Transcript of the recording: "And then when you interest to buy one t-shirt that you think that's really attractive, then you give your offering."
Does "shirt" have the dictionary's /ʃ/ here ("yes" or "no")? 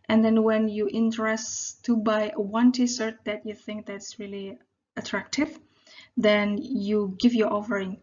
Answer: no